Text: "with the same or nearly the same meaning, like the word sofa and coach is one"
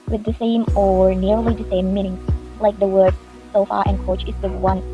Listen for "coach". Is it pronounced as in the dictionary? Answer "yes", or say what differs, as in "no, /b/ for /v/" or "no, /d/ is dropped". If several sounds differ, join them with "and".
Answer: yes